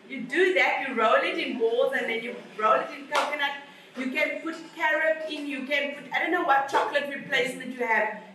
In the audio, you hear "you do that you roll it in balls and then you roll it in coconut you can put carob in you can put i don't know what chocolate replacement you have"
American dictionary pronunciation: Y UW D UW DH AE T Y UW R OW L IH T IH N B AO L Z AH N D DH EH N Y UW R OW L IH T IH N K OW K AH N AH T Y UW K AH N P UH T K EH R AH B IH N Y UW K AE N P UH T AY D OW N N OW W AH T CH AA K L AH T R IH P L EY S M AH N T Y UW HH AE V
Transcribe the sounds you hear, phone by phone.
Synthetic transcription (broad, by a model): Y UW D UW DH AE T Y UW R OW L IH T IH N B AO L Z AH N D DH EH N Y UW R OW L IH T IH N K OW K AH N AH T Y UW K AH N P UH T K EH R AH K IH N Y UW K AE N P UH T AY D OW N N OW W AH T CH AA K L AH T R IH P L EY S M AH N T Y UW HH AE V